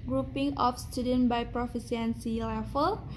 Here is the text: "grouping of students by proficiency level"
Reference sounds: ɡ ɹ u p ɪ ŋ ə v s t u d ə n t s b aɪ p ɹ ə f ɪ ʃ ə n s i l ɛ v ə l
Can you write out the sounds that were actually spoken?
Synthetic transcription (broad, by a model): ɡ ɹ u p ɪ ŋ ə f s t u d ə n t b aɪ p ɹ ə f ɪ s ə n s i l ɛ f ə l